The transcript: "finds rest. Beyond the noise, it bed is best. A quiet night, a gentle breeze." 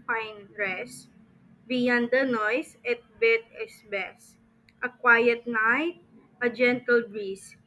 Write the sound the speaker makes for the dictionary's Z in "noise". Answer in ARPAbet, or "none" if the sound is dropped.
S